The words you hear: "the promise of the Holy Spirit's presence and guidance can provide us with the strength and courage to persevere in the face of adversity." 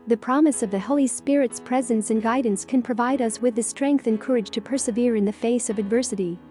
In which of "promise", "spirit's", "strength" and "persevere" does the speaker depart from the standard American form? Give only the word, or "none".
none